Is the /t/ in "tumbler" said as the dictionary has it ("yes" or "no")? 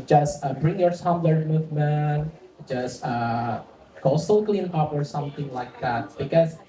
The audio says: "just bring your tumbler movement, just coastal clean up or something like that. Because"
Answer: no